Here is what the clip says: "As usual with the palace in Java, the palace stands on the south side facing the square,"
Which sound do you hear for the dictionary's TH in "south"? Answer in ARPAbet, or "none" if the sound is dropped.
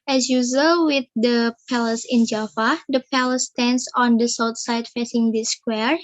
T